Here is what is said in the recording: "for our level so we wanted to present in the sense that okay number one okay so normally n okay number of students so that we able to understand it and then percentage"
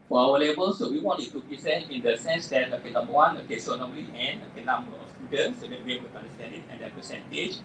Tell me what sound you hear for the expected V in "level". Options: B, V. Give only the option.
B